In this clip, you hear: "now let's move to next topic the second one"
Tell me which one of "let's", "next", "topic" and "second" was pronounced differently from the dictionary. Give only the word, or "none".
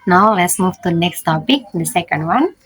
none